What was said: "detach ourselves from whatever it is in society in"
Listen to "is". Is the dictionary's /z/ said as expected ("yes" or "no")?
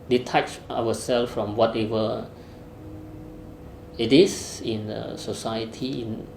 no